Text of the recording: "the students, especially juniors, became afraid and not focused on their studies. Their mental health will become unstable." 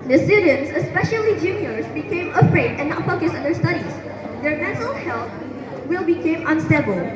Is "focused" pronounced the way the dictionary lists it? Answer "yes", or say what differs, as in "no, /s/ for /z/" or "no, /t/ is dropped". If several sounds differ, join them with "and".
no, /t/ is dropped